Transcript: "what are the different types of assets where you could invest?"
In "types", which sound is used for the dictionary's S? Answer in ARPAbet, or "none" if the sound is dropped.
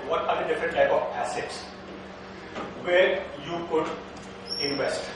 none